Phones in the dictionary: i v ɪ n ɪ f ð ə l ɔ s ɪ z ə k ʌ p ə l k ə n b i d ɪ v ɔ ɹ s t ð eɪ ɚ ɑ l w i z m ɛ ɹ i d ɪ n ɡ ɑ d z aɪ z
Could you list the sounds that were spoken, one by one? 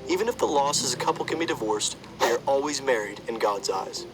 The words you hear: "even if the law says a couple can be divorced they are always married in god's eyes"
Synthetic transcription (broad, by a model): i v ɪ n ɪ f ð ə l ɔ s ɪ z ə k ʌ p l k ə n b i d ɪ v ɔ ɹ s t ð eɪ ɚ ɑ l w i z m ɛ ɹ i d ɪ n ɡ ɑ d z aɪ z